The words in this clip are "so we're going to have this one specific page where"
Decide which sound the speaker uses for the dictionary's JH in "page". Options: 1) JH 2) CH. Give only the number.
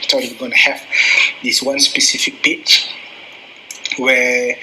2